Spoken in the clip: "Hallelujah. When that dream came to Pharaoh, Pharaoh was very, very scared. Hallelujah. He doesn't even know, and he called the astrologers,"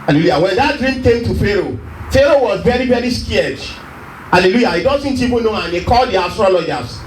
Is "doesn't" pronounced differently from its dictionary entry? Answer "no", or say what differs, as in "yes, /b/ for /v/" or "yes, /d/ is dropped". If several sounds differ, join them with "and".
yes, /s/ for /z/